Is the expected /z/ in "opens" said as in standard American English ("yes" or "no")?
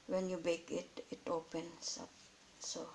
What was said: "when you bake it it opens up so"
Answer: no